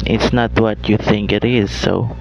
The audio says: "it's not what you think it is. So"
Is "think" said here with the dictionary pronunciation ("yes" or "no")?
yes